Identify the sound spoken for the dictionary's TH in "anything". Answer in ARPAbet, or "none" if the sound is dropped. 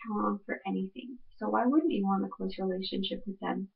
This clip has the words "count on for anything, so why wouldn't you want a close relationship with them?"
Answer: TH